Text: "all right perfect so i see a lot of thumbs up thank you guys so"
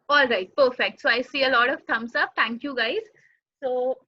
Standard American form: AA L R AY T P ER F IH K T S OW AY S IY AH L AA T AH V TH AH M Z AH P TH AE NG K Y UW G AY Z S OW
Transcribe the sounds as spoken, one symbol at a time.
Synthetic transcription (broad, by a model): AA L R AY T P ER F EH K T S OW AY S IY AH L AA T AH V T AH M S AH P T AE NG K Y UW G AY Z S OW